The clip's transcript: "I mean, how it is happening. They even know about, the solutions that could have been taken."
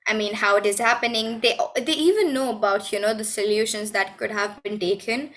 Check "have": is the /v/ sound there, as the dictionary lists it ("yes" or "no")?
yes